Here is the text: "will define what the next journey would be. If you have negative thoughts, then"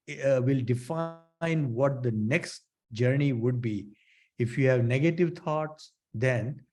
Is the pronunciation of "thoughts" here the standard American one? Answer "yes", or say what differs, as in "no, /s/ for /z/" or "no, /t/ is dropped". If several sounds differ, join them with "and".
no, /t/ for /θ/